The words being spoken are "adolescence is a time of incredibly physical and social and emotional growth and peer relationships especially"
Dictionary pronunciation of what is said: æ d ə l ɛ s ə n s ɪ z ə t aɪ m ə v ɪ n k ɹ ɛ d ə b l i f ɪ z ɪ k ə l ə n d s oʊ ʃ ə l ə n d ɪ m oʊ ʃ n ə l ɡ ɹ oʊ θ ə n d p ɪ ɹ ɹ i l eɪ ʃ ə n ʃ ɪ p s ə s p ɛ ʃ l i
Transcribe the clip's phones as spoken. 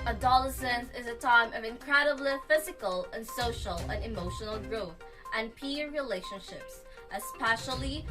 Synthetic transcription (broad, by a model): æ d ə l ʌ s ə n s ɪ z ə t aɪ m ə v ɪ n k ɹ ɛ d ə b l i f ɪ z ɪ k ə l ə n s oʊ ʃ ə l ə n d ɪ m oʊ ʃ n l ɡ ɹ oʊ θ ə n p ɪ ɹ ɹ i l eɪ ʃ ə n ʃ ɪ p s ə s p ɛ ʃ l i